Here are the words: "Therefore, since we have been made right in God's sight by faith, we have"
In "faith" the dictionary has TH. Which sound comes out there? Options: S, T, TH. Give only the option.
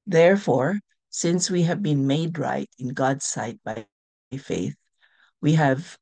TH